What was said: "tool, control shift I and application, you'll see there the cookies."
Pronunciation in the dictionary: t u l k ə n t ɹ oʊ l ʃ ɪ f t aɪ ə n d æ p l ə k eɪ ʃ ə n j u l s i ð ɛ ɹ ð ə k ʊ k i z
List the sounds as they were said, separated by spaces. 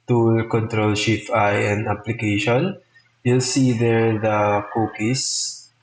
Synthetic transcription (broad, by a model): t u l k ə n t ɹ oʊ l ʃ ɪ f aɪ ə n d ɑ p l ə k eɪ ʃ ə n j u l s i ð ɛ ɹ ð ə k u k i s